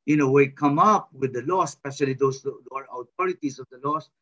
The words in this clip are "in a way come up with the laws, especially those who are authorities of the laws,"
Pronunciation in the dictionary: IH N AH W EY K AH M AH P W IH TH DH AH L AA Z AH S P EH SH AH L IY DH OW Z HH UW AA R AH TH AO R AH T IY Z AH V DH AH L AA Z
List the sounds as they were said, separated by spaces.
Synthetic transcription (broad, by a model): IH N AH W EY K AH M AH P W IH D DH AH L AA S P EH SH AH L IY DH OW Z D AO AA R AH T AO R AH T IY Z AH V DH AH L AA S